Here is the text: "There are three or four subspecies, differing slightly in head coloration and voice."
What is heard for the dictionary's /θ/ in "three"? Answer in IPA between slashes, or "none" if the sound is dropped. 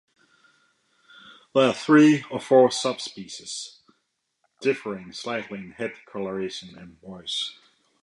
/θ/